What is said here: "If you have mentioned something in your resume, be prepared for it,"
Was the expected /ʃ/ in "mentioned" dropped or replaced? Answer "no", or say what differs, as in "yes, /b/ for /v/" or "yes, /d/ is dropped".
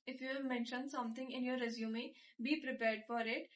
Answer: no